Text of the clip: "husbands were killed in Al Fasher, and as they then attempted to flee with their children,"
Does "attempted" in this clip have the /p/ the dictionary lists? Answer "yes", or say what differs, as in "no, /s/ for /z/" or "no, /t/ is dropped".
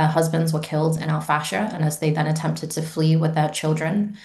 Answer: yes